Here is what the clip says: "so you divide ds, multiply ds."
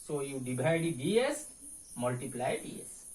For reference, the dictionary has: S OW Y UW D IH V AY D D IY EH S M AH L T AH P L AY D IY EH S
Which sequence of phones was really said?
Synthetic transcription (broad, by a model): S OW Y UW D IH B AY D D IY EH S M AH L T AH P L AY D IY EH S